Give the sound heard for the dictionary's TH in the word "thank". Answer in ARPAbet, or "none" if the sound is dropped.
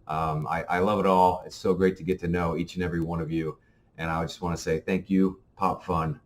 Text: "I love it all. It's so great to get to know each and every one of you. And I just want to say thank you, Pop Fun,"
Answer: TH